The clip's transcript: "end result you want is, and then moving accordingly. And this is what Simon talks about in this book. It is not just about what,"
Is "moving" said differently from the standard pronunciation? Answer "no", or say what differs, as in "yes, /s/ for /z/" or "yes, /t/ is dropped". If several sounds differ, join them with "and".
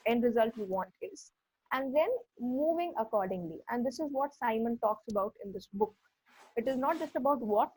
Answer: no